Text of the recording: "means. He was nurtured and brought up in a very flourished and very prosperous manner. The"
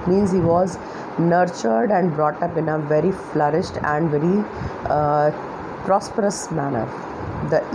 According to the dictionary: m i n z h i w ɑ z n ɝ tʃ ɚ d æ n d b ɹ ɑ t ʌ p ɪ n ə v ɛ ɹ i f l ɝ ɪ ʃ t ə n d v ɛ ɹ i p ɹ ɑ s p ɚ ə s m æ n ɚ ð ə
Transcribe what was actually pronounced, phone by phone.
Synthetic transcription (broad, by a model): m i n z h i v ɑ z n ɝ tʃ ɚ d æ n d b ɹ ɑ t ʌ p ɪ n ə v ɛ ɹ i f l ɝ ɪ ʃ t ə n d v ɛ ɹ i p ɹ ɑ s p ɚ ə s m æ n ɚ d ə